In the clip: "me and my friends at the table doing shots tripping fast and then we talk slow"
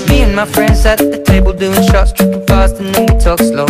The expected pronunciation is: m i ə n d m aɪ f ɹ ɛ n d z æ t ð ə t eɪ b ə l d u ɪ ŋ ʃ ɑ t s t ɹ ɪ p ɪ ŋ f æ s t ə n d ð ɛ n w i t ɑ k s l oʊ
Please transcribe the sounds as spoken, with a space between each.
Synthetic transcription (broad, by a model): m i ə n m aɪ f ɹ ɛ n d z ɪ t ð ə t eɪ b ə l d u ɪ ŋ ʃ ɑ t s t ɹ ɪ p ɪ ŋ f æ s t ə n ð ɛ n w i t ɑ k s l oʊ